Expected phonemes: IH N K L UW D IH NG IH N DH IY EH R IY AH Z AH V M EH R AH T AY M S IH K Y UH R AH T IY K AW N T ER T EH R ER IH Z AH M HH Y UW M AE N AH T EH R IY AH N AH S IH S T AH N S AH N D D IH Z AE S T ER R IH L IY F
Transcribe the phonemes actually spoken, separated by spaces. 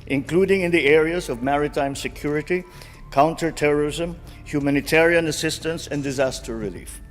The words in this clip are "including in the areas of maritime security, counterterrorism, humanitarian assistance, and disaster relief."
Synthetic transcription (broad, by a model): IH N K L UW D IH NG IH N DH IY EH R IY AH Z AH V M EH R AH T AY M S IH K Y UH R AH T IY K AW N T ER T EH R ER IH Z AH M HH Y UW M AE N AH T EH R IY AH N AH S IH S T AH N S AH N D D IH Z AE S T ER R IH L IY F